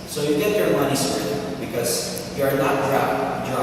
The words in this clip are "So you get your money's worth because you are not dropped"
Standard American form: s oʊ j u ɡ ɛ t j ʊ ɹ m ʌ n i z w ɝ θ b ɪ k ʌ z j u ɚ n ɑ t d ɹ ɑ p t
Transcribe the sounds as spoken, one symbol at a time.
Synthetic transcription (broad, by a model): s oʊ j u ɡ ɛ t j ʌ ɹ m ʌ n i s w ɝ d b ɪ k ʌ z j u ɚ n ɑ t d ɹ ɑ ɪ